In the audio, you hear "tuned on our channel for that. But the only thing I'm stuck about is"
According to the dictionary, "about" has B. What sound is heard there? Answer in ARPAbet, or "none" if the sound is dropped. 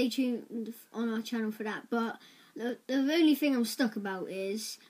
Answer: B